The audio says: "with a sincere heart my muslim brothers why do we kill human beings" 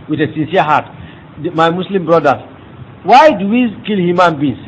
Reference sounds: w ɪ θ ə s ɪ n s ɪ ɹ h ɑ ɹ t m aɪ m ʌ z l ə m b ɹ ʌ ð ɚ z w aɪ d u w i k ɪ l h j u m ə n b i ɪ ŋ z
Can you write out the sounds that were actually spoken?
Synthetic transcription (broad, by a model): w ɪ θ ə s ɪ n s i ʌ h ɑ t m aɪ m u s l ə m b ɹ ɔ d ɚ w aɪ d u w i k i l h j u m ə n b i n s